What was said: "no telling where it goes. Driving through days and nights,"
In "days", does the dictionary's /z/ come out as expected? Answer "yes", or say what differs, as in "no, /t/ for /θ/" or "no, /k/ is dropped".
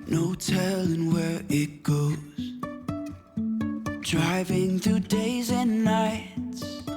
yes